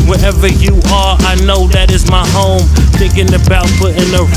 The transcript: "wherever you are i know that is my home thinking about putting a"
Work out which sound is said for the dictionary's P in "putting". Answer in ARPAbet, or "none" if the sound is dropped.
F